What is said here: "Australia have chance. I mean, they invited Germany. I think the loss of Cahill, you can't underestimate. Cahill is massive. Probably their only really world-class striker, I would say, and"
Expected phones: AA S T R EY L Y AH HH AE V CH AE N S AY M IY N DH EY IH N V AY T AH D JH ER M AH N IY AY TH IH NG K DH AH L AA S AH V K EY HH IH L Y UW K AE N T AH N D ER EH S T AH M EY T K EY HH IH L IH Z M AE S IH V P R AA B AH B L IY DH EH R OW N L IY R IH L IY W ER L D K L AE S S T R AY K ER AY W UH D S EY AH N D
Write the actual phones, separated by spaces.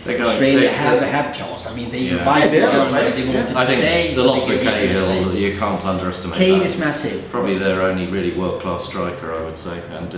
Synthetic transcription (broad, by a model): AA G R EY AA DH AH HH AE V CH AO S AY M IY N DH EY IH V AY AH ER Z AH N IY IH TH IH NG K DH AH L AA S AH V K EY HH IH L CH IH K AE N T AH N D ER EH S T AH M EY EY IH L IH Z M AE S IH V P R AA B AH B L IY DH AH R OW N L IY R IH L IY W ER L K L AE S S T R AY K ER AY W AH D S EY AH N